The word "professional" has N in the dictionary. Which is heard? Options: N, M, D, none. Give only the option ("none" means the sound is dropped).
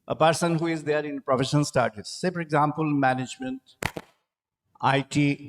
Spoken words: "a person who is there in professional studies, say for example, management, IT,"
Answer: none